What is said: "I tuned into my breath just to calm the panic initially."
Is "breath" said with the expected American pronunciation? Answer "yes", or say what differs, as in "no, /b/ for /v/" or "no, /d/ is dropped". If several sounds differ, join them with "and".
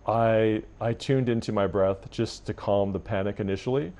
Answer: yes